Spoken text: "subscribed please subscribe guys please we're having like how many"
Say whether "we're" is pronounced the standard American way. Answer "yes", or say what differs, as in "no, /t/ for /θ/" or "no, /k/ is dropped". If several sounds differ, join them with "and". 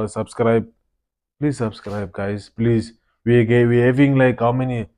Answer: no, /w/ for /ɹ/